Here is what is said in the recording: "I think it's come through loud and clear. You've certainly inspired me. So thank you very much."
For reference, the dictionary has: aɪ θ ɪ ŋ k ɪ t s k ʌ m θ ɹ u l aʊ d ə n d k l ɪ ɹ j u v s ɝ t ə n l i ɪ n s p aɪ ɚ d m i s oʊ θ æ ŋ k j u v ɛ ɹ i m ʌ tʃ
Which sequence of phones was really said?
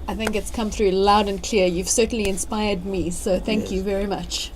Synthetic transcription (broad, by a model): aɪ θ ɪ ŋ k ɪ t s k ʌ m θ ɹ u l aʊ d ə n k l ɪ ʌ j u v s ɝ t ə n l i ɪ n s p aɪ ɚ d m i s oʊ θ æ ŋ k j u v ɛ ɹ i m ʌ tʃ